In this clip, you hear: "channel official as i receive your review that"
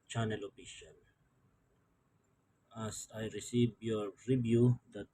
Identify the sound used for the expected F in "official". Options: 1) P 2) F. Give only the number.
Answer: 1